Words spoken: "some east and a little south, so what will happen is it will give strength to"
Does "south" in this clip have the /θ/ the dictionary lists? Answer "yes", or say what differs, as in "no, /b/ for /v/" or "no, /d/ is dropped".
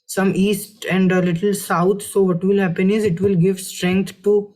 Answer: no, /t/ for /θ/